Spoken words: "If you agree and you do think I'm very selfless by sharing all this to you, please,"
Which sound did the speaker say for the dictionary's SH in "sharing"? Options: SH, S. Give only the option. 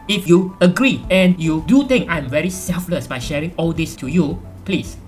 SH